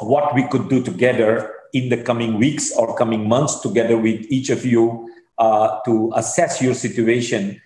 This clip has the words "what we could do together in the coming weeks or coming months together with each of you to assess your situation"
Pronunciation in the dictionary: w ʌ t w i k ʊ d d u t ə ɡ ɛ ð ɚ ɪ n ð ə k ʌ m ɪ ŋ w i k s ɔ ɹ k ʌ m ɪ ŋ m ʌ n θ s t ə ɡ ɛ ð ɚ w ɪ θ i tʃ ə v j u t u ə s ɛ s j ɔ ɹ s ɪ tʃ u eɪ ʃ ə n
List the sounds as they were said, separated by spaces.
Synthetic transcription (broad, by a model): w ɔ t w i k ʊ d d u t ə ɡ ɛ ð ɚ ɪ n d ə k ʌ m ɪ ŋ w i k s ɔ ɹ k ʌ m ɪ ŋ m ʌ n s t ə ɡ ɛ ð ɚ w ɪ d i tʃ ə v j u t u ə s ɛ s j ɔ ɹ s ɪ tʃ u eɪ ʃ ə n